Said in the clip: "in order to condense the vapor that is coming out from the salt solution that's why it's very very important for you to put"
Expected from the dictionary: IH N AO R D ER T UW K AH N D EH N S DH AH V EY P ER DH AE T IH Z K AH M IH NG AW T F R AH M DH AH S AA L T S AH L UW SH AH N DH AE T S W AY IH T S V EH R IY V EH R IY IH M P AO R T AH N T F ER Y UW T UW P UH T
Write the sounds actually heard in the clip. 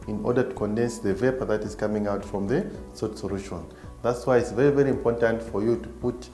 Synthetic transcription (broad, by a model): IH N AO R D ER T UW K AH N D EH N S DH AH V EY P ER DH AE T IH Z K AH M IH NG AW T F R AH M DH AH S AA T S AH L UW SH AH N DH AE T S W AY IH T S V EH R IY V EH R IY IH M P AO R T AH N T F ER Y UW T UW P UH T